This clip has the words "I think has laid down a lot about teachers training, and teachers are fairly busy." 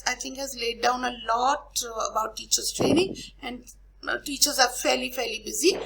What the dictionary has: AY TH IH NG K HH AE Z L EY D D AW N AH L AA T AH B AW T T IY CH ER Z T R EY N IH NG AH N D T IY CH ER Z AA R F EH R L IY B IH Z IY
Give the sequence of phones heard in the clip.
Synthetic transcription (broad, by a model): AY T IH NG K HH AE Z L EY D D AW N AH L AA T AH B AW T T IY CH ER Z T R EY N IH NG AH N D T IY CH ER Z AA L F EH R L IY B IH Z IY